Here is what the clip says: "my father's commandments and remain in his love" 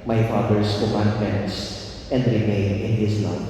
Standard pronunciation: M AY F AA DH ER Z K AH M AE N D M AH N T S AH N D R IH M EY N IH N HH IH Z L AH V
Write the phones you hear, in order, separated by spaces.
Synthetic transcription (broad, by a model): M AY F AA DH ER S K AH M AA N D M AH N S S AH N D R IH M EY N IH N HH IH S L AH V